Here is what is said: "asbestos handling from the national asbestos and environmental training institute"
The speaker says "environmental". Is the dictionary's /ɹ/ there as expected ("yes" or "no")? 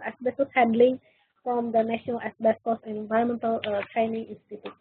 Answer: no